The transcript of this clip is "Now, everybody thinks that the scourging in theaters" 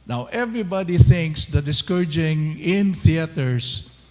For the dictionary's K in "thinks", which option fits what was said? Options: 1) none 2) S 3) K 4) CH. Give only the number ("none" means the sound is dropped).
3